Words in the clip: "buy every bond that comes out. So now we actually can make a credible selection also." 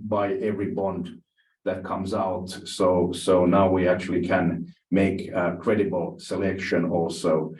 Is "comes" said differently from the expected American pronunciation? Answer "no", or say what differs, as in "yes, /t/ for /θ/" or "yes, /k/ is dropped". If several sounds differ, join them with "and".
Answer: no